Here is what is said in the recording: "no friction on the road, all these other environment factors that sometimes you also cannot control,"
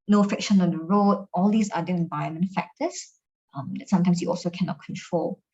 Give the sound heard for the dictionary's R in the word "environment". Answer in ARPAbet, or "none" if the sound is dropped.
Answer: none